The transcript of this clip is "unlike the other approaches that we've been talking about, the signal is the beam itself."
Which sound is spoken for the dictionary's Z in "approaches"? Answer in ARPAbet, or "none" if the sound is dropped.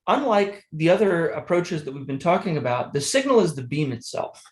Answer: Z